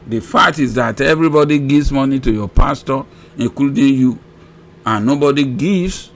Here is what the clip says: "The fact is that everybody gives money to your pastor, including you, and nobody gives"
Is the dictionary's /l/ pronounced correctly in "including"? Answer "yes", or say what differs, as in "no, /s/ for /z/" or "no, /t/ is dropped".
no, /l/ is dropped